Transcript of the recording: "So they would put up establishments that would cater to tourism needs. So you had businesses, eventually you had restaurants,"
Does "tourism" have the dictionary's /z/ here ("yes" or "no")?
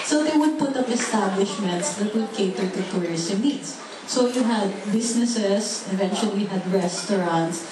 no